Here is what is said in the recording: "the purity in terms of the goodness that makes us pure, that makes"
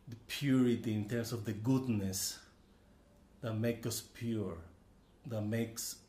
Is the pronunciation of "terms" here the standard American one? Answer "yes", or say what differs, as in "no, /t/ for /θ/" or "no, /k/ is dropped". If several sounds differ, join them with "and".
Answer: no, /s/ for /z/